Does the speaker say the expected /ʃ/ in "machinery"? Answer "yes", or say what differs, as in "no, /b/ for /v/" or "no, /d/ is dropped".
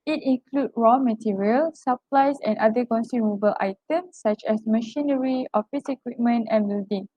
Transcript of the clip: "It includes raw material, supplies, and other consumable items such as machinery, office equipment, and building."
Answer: yes